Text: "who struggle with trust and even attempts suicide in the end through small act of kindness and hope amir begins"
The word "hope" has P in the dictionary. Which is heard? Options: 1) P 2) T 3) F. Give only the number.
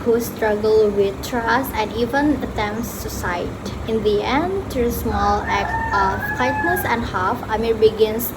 3